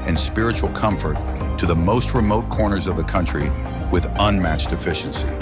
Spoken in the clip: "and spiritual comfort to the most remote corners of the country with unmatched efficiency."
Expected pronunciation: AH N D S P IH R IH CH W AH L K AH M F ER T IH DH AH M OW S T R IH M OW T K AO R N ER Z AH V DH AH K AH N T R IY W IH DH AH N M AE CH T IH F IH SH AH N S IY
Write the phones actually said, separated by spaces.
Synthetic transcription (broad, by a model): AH N S P IH R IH CH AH L K AH M F ER T IH DH AH M OW S T R IH M OW T K AO R N ER Z AH V DH AH K AH N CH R IY W IH DH AH N M AE CH T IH F IH SH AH N S IY